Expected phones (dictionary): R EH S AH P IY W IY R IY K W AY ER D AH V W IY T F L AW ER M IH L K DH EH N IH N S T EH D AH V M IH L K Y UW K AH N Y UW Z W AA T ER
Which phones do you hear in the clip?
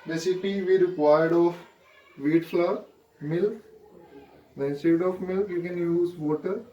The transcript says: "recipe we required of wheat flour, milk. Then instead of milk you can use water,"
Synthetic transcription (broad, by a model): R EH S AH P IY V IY R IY K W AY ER D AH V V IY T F L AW M IH L K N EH IH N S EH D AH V M IH L K Y UW K AH N Y UW Z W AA T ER